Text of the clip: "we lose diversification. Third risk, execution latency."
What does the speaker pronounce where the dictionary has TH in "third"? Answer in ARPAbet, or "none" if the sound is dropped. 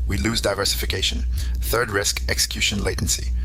TH